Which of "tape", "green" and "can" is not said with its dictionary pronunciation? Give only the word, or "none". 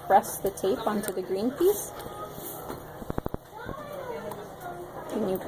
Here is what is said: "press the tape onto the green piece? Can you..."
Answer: none